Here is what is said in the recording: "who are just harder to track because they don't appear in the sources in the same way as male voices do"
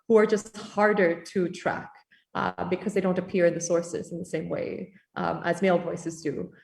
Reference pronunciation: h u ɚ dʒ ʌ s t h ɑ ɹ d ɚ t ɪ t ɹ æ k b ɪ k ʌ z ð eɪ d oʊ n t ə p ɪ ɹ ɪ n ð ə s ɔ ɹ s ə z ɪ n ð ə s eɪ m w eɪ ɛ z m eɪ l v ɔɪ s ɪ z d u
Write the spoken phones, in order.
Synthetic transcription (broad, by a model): h u ɚ dʒ ʌ s t h ɑ ɹ d ɚ t ɪ t ɹ æ k b ɪ k ʌ z ð eɪ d oʊ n t ə p ɪ ɹ ɪ n ð ə s ɔ ɹ s ə z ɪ n ð ə s eɪ m w eɪ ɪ z m eɪ l v ɔɪ s ɪ z d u